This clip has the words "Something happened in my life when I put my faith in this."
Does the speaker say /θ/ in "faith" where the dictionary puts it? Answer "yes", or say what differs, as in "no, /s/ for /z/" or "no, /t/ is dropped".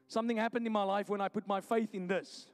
yes